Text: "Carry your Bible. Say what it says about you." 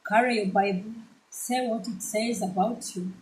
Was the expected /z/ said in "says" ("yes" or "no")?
yes